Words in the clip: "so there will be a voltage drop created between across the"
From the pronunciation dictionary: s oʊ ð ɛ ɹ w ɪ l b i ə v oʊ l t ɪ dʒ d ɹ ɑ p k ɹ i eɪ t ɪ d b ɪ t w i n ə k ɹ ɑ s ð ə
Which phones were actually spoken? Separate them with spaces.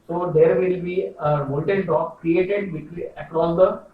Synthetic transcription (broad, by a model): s oʊ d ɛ ɹ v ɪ l b i ə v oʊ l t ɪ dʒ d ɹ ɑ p k ɹ i eɪ t ɪ d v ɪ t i ə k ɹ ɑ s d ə